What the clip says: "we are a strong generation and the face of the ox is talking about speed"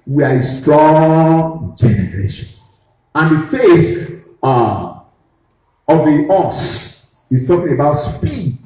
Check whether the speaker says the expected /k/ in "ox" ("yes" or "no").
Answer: no